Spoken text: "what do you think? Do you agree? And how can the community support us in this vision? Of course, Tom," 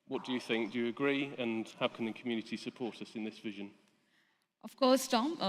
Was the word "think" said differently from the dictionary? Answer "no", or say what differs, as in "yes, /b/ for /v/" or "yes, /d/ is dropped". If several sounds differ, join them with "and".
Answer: no